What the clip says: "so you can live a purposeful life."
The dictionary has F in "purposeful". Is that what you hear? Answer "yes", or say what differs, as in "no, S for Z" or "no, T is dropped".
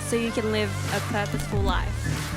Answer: yes